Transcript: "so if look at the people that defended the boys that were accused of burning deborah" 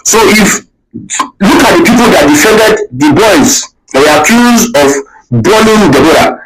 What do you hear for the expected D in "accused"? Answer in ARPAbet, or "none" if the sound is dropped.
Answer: none